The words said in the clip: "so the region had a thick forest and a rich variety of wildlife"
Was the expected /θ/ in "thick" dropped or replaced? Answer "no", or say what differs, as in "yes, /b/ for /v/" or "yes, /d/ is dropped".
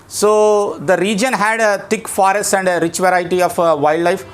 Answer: yes, /t/ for /θ/